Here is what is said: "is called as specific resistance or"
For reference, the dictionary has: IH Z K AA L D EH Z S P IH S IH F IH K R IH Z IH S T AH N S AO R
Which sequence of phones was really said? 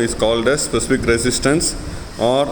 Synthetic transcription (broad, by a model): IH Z K AA L D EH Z S P IH S IH F IH K R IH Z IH S T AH N S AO R